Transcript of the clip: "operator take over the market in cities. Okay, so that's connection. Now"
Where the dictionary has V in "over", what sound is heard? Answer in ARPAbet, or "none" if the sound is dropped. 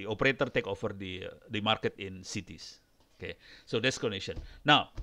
F